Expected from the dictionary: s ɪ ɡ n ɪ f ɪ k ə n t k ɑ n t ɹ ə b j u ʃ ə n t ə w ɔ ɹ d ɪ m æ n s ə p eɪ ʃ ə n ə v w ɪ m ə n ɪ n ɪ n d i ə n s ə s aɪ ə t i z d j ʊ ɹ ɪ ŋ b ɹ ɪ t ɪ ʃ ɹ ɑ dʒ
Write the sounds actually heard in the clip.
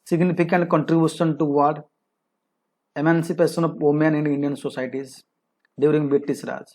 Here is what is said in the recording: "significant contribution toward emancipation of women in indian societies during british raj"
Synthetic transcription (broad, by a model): s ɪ ɡ n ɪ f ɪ k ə n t k ɑ n t ɹ ə b j u ʃ ə n t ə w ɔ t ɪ m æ n s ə p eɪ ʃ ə n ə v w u m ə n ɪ n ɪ n d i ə n s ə s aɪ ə t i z d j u ɹ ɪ ŋ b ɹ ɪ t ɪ s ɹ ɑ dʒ